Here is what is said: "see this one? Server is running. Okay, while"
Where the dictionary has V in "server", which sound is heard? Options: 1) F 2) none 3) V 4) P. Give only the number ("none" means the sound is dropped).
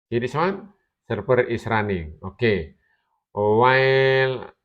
4